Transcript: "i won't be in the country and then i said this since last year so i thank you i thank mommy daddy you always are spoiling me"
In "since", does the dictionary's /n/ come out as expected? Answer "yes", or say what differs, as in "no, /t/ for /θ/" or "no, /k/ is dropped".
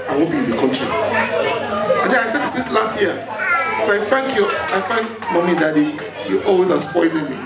no, /n/ is dropped